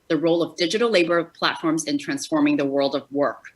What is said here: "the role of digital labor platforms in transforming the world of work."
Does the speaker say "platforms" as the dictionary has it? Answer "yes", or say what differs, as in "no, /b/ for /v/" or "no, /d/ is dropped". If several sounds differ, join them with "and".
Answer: yes